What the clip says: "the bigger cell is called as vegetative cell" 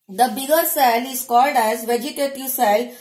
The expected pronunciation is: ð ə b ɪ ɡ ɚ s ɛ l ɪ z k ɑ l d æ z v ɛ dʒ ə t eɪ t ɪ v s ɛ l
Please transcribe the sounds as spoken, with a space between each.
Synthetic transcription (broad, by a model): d ə b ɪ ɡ ɚ s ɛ l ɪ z k ɑ l d æ z v ɛ dʒ ə t eɪ t ɪ v s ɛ l